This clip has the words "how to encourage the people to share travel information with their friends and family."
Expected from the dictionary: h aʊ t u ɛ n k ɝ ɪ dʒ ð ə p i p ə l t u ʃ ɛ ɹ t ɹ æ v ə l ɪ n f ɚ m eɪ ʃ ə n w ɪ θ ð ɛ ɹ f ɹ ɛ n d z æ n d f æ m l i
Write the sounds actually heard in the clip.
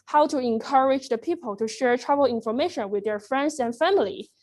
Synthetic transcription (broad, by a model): h aʊ t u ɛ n k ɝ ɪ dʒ ð ə p i p ə l t u ʃ ɛ ɹ t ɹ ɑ b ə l ɪ n f ɚ m eɪ ʃ ə n w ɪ ð ɛ ɹ f ɹ ɛ n d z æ n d f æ m l i